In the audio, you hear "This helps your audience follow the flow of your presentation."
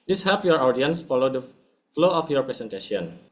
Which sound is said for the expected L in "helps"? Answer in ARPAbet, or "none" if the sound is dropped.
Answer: none